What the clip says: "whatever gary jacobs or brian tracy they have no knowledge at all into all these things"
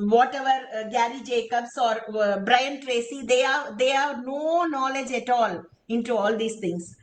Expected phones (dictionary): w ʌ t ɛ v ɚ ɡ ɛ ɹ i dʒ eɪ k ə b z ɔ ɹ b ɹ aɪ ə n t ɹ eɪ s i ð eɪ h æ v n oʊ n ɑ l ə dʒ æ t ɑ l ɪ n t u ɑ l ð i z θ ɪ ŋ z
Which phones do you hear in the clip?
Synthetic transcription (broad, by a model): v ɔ t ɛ v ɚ ɡ ɛ ɹ i dʒ eɪ k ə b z ɔ ɹ b ɹ aɪ ə n t ɹ eɪ s i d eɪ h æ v n oʊ n ɑ l ə dʒ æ t ɑ l ɪ n t u ɑ l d i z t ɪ ŋ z